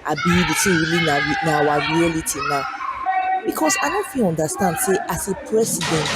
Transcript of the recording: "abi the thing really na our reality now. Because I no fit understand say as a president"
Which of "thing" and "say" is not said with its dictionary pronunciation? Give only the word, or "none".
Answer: thing